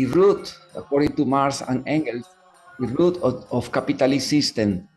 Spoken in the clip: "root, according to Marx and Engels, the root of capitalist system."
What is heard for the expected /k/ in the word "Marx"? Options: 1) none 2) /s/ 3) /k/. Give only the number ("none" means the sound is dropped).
1